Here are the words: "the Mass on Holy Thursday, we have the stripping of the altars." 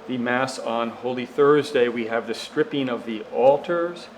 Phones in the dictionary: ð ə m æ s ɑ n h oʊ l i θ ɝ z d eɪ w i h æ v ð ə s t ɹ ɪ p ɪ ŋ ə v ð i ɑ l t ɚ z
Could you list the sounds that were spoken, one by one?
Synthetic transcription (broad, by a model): ð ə m æ s n h oʊ l i θ ɝ z d eɪ w i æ v ð ə s t ɹ ɪ p ɪ ŋ ə v ð i ɑ l t ɚ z